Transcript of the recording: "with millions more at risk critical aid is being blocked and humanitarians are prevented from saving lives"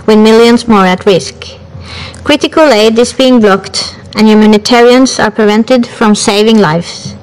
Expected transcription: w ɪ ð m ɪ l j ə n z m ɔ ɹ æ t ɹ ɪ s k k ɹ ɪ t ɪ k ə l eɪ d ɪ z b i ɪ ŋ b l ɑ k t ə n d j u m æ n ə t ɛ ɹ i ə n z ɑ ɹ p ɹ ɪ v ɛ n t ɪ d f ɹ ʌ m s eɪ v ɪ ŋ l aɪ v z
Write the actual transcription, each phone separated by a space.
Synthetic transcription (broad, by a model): w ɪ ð m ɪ l j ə n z m ɔ ɹ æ t ɹ ɪ s k k ɹ ɪ t ɪ k ə l eɪ d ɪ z b i ɪ ŋ b l ɑ k t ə n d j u m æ n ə t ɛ ɹ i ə n s ɑ ɹ p ɹ ɪ v ɛ n t ɪ d f ɹ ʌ m s eɪ v ɪ ŋ l aɪ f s